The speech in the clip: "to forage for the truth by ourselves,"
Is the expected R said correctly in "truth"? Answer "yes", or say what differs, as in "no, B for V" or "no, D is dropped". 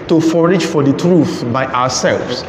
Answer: yes